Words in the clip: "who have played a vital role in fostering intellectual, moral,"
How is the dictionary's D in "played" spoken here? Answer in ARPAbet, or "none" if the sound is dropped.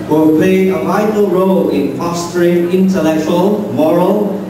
none